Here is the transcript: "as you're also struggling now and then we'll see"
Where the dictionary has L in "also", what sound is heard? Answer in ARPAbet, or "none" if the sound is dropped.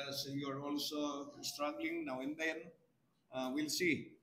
L